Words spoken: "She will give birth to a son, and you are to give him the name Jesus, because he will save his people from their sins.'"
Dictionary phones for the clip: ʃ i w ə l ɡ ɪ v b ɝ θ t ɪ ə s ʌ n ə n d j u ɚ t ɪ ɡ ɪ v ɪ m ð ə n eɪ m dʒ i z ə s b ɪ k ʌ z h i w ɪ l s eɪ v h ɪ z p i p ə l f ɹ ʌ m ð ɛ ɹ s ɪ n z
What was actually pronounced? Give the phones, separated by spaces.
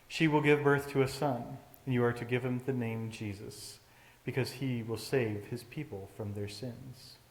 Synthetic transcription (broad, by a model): ʃ i w ə l ɡ ɪ v b ɝ θ t ɪ ə s ʌ n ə n j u ɚ t ɪ ɡ ɪ v ɪ m ð ə n eɪ m dʒ i z ə s b ɪ k ʌ z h i w ɪ l s eɪ v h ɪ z p i p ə l f ɹ ʌ m ð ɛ ɹ s ɪ n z